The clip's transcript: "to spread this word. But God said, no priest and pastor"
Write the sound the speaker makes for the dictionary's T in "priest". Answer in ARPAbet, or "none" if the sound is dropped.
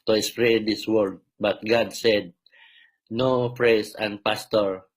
none